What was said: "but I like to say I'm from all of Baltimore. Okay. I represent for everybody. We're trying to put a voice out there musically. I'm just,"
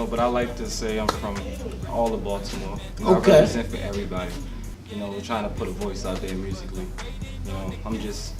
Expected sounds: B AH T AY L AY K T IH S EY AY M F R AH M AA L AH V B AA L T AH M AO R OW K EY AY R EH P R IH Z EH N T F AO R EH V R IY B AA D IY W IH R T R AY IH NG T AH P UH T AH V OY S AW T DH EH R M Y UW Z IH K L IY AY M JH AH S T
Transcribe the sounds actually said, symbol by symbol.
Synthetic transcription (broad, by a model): B AH T AY L AY K T IH S EY AY M F R AH M AA L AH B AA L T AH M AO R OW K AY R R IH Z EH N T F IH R EH V R IY B AA D IY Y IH W T R AY IH NG T AH P UH T AH V OY S AW T DH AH R M Y UW Z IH K L IY AY M JH AH S T